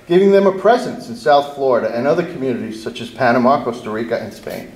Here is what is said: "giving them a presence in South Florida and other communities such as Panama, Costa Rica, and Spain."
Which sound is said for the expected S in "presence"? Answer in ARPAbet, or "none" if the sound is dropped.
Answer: S